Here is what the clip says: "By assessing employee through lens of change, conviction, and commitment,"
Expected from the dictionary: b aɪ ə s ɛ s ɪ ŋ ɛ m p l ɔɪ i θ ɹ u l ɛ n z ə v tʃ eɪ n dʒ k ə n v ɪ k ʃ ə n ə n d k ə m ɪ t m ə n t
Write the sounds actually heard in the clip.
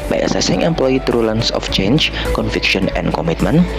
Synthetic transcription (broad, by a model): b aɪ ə s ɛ s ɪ ŋ ɛ m p l ɔɪ i t ɹ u l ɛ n s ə f tʃ eɪ n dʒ k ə n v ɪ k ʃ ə n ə n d k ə m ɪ t m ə n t